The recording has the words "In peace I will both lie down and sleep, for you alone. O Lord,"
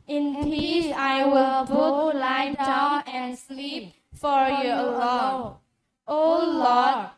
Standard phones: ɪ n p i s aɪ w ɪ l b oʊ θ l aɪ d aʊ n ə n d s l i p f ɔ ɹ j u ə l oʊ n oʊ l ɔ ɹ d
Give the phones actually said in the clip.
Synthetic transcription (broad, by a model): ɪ n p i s aɪ w ɪ l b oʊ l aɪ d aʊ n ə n s l i p f ɔ ɹ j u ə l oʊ oʊ l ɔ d